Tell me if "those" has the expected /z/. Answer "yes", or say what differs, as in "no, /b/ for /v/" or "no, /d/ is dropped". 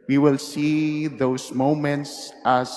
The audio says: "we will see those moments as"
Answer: no, /s/ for /z/